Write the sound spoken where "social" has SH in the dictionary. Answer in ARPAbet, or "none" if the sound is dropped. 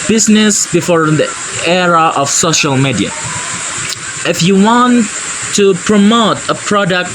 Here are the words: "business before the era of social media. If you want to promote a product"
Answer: SH